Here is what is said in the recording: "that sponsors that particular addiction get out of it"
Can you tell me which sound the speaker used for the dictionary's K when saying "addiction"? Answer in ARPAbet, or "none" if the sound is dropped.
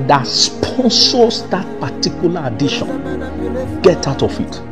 none